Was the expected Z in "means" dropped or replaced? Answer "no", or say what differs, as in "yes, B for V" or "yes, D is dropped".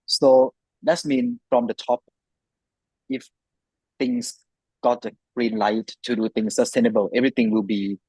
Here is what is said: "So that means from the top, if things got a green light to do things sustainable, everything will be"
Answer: yes, Z is dropped